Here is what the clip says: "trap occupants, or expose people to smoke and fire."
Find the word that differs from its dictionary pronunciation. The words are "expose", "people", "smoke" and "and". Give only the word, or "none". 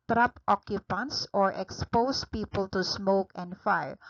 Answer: expose